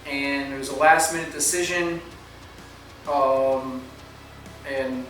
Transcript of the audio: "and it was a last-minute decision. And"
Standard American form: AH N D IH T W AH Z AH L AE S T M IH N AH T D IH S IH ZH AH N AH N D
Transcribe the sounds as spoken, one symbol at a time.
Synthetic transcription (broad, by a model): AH N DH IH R W AH Z AH L AE S T M IH N AH T D IH S IH ZH AH N AH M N